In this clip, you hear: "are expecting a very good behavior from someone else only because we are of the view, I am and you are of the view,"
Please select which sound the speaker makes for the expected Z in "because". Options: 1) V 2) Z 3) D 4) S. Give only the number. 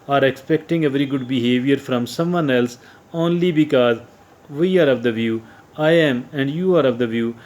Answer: 2